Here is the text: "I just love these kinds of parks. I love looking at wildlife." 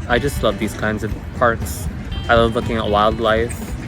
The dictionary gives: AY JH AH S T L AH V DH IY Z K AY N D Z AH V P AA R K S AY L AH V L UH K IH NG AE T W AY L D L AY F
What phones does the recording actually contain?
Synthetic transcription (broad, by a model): AY JH AH S T L AH V DH IY Z K AY N D Z AH V P AA R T S AY L AH V L UH K IH NG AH T W AY L D L AY F